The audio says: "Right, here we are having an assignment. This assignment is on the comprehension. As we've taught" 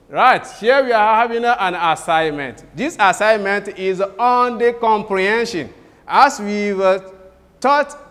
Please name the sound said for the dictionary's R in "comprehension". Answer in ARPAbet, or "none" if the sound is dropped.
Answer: R